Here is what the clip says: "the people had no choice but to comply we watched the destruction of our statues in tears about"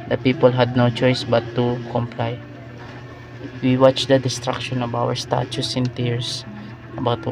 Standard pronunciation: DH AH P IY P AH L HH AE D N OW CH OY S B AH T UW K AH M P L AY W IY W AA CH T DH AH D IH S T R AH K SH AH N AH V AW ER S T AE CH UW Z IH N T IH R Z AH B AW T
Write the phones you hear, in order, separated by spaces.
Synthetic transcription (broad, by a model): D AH P IY P AH L HH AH D N OW CH OY S B AH T UW K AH M P L AY W IY W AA CH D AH D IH S T R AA K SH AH N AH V AW ER S T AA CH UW S IH N T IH R S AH B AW T